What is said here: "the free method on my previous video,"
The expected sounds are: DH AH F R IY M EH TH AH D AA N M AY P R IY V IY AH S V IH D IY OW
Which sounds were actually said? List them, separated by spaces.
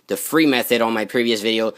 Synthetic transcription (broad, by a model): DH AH F R IY M EH TH AH D N M AY P R IY V IY AH S V IH D IY OW